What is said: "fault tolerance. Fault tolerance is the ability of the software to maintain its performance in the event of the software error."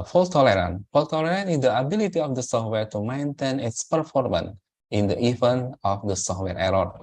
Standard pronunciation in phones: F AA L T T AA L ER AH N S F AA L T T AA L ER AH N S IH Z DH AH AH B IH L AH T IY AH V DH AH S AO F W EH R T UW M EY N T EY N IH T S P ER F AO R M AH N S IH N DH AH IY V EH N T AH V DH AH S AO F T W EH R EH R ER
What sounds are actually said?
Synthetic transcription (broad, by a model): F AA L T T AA L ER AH N F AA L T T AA L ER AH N IH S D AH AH B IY L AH T IY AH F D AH S AO F W EH R T UW M EY N T EY N IH T S P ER F AO R M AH N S IH N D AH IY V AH N AH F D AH S AO F T W EH R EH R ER